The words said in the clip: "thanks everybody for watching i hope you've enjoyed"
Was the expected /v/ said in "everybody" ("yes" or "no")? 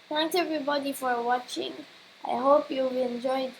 yes